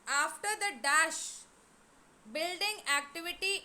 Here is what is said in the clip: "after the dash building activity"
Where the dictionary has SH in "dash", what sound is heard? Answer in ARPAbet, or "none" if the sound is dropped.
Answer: SH